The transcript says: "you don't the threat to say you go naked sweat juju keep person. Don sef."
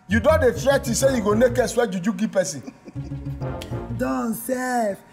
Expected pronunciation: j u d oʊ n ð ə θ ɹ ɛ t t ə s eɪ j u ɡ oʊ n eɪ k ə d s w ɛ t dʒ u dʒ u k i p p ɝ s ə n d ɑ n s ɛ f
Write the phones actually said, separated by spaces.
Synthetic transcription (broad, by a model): j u d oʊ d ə f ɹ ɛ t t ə s eɪ j u ɡ oʊ n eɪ k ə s w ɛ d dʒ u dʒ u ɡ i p p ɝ s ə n d ɑ n s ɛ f